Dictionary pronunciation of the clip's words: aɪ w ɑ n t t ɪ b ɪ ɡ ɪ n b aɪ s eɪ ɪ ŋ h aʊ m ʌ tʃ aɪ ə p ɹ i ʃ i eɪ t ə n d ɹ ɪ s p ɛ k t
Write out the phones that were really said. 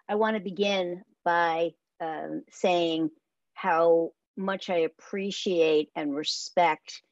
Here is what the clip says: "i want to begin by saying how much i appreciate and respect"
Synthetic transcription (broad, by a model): aɪ w ɑ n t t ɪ b ɪ ɡ ɪ n b aɪ s eɪ ɪ ŋ h aʊ m ʌ tʃ aɪ ə p ɹ i ʃ i eɪ t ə n ɹ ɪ s p ɛ k t